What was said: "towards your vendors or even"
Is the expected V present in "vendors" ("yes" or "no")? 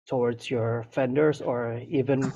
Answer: no